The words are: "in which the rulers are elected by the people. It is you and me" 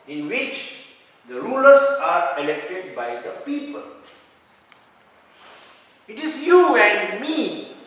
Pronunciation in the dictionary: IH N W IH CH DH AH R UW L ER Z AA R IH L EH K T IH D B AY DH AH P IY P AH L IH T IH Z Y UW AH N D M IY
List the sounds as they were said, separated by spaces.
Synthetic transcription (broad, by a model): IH N W IH CH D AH R UW L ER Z AA R IH L EH K T IH D B AY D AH P IY P AH L IH T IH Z Y UW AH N M IY